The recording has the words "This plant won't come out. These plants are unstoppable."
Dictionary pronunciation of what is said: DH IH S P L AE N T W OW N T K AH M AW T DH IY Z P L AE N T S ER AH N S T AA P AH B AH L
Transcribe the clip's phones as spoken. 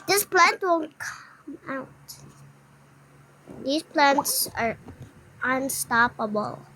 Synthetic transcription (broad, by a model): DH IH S P L AE N T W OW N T K AH M AW T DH IY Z P L AE N T S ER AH N S T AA P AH B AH L